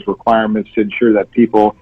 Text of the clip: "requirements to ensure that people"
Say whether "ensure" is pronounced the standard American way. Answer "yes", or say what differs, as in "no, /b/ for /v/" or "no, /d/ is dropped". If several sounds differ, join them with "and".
yes